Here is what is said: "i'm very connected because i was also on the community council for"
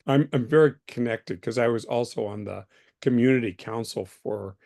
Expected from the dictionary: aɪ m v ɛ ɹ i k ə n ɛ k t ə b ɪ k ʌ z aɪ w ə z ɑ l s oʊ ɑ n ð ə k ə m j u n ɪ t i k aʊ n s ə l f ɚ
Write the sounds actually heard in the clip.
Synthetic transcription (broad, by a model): aɪ m v ɛ ɹ i k ə n ɛ k t ə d k ʌ z aɪ w ə z ɑ l s oʊ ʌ n ð ə k ə m j u n ɪ t i k aʊ n s l f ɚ